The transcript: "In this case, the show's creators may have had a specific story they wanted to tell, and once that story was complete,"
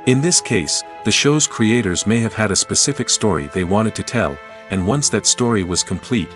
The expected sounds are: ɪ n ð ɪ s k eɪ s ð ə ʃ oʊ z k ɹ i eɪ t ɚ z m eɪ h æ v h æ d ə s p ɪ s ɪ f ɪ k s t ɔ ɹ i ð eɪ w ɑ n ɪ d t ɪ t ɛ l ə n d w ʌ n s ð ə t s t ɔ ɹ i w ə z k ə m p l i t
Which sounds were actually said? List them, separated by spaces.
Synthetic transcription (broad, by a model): ɪ n ð ɪ s k eɪ s ð ə ʃ oʊ z k ɹ i eɪ t ɚ z m eɪ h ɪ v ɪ d ə s p ɪ s ɪ f ɪ k s t ɔ ɹ i ð eɪ w ɑ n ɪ d t ɪ t ɛ l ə n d w ʌ n s ð ə t s t ɔ ɹ i w ə z k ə m p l i t